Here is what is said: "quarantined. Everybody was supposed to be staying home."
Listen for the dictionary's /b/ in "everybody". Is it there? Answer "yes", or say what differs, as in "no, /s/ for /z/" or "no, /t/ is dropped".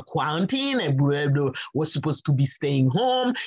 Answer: no, /b/ is dropped